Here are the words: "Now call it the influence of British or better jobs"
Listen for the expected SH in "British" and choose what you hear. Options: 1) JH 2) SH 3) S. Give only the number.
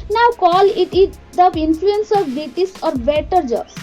3